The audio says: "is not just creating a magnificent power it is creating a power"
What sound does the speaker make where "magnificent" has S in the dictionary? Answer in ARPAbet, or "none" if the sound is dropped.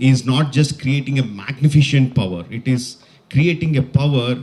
SH